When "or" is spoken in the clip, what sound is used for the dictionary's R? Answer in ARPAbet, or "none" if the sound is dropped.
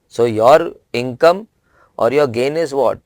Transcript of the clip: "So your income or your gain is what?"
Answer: R